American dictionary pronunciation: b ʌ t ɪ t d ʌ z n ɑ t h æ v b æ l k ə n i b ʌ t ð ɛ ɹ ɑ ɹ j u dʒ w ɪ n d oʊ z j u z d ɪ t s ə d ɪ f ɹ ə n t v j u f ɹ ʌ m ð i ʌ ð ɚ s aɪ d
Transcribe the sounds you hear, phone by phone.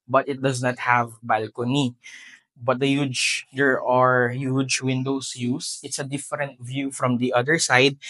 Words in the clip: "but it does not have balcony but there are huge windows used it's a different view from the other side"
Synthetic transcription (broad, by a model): b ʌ t ɪ t d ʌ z n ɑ t h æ v b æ l k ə n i b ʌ t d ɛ ɹ ɑ ɹ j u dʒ w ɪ n d oʊ s j u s ɪ t s ə d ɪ f ɹ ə n t v j u f ɹ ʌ m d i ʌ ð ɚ s aɪ d